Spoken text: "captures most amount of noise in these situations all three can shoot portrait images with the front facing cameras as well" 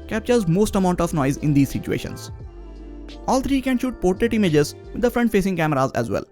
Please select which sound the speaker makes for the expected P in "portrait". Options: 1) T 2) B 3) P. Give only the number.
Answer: 3